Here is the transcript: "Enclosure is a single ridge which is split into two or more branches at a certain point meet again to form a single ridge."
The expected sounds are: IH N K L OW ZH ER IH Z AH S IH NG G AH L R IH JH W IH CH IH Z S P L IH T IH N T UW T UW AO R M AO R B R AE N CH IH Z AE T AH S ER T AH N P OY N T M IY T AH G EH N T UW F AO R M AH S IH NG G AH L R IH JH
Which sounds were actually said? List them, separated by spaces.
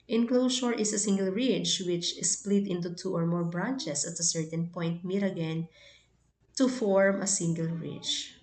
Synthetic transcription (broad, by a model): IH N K L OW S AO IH S AH S IH NG G AH L R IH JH W IH CH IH S P L IH T IH N T UW T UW AO R M AO R B R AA N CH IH S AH T AH S ER T AH N P OY N T M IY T AH G EH N T UW F AO R M AH S IH NG G AH L R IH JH